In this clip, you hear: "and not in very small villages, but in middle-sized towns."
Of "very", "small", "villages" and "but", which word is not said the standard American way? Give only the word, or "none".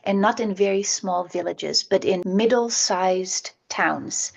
none